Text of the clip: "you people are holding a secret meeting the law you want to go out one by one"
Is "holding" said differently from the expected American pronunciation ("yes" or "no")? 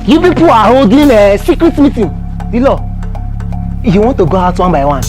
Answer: yes